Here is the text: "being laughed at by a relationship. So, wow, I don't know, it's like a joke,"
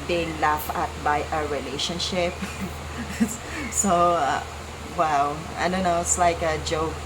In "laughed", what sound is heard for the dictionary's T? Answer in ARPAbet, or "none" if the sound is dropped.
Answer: none